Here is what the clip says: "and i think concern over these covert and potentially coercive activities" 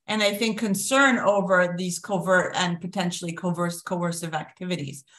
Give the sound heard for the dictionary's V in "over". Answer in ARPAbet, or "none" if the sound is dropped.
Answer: V